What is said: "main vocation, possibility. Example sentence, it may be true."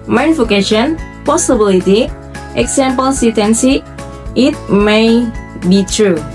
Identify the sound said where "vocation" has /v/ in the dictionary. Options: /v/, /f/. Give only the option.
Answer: /f/